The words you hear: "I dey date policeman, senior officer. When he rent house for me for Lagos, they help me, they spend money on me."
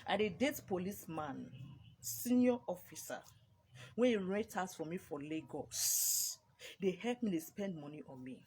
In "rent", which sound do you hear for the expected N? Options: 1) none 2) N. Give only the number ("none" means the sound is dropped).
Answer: 1